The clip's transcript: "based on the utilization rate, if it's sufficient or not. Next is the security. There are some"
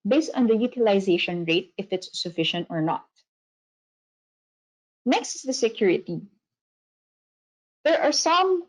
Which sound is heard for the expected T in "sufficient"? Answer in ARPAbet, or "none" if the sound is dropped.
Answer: T